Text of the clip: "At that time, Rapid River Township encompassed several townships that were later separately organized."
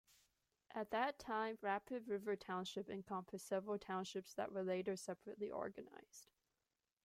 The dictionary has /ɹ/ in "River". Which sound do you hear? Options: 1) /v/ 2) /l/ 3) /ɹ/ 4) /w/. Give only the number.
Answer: 3